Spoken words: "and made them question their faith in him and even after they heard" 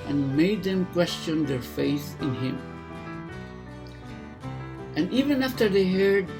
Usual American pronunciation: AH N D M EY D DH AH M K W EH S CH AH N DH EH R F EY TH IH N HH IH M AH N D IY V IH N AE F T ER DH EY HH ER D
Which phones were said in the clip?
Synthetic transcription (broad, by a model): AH N M EY D DH AH M K W EH S CH AH N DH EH R F EY TH IH N HH IH M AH N IY V IH N AE F T ER DH EY HH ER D